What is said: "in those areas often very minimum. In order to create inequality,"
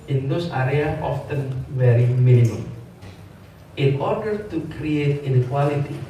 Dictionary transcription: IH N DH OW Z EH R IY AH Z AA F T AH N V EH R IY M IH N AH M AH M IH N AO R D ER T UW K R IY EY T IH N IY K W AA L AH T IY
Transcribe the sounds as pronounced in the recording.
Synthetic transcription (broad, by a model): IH N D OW S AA R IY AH AA F T AH N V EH R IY M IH N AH M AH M IH N AO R D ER T UW K R IY EY T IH N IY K W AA L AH T IY